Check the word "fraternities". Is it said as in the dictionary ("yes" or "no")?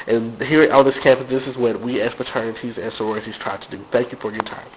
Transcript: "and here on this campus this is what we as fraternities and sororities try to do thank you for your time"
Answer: no